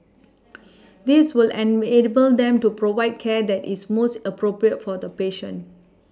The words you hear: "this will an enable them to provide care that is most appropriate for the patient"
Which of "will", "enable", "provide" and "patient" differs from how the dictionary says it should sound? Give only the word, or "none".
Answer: patient